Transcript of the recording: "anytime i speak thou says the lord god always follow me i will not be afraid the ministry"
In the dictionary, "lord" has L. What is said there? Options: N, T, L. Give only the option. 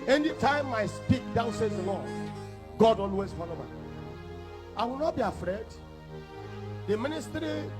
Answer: N